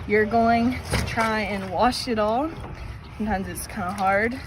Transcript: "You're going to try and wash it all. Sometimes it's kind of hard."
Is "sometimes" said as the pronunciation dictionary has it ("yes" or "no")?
yes